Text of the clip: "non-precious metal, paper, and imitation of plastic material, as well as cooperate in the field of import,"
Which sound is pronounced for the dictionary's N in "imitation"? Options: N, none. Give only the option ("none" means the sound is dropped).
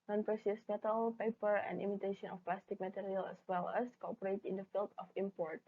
N